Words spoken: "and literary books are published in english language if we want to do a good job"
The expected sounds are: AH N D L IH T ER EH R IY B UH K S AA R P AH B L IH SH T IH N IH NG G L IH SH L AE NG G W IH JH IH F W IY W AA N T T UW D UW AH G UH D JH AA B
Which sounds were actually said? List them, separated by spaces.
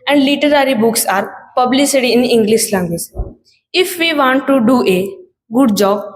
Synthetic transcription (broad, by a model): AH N D L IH T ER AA R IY B UH K S AA R P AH B L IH S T IH N IH NG G L IH SH L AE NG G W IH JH IH F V IY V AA N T T UW D UW AH G UH D JH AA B